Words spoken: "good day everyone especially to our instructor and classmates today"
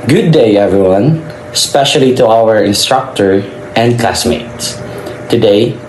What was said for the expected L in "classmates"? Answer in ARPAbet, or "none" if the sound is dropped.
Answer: L